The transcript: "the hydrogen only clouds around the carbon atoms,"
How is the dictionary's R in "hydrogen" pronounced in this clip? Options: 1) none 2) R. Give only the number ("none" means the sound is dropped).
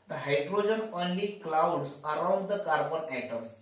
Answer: 2